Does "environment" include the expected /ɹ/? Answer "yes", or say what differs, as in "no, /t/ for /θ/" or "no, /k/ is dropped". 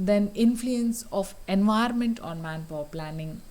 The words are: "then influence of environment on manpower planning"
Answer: no, /ɹ/ is dropped